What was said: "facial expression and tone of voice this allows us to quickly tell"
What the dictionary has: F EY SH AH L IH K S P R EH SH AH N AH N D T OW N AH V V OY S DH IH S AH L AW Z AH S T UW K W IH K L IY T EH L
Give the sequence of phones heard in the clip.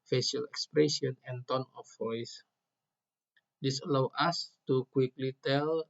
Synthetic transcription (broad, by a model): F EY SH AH L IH K S P R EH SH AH N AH N T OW N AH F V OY S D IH S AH L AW AA S T UW K W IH K L IY T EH L